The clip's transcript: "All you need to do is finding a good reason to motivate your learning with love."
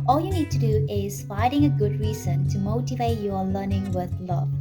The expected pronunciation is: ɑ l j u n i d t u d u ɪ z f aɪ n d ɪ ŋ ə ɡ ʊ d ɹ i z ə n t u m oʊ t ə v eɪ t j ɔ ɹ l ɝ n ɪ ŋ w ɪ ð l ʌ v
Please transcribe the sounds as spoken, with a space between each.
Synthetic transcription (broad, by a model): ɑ l j u n i d t u d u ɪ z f aɪ d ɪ ŋ ə ɡ ʊ d ɹ i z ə n t u m oʊ t ə v eɪ t j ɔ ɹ l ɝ n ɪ ŋ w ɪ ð l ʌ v